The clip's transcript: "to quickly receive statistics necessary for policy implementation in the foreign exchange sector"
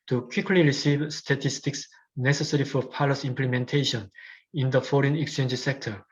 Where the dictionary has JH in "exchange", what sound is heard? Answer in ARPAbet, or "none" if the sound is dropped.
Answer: JH